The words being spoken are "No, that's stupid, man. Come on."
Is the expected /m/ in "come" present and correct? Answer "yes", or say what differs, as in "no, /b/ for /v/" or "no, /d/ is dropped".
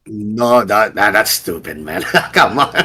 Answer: yes